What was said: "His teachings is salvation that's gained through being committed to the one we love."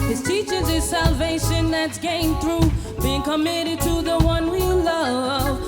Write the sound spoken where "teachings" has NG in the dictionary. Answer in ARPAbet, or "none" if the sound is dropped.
none